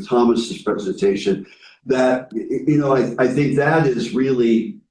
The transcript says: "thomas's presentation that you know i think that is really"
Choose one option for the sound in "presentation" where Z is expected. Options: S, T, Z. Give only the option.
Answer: Z